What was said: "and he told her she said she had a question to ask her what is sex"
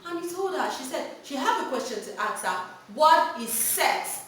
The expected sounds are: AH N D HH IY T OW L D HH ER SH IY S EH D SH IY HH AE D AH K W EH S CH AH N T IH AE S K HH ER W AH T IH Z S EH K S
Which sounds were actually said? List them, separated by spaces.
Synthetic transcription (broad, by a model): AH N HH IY T OW L D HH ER SH IY S EH D SH IY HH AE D AH K W EH S CH AH N T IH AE K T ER W AH T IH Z S EH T